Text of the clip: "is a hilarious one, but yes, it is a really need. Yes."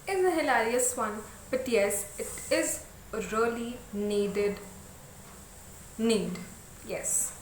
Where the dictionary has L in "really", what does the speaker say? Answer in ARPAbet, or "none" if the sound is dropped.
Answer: N